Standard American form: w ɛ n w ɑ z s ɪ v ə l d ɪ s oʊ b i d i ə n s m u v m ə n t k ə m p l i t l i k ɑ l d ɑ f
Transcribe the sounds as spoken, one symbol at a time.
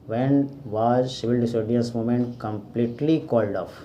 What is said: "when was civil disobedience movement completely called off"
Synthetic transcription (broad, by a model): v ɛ n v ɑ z ʃ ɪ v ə l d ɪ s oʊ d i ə s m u m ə n t k ə m p l i t l i k ɑ l d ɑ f